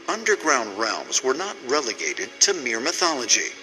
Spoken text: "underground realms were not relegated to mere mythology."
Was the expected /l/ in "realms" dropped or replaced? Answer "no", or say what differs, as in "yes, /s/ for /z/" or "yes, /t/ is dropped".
no